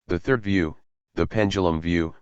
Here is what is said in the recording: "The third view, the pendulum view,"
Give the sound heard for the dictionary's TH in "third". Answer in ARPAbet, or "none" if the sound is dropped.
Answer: TH